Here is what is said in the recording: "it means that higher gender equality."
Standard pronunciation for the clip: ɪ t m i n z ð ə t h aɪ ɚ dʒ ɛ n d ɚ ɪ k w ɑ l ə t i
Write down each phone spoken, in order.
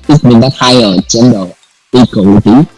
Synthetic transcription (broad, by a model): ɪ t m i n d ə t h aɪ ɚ tʃ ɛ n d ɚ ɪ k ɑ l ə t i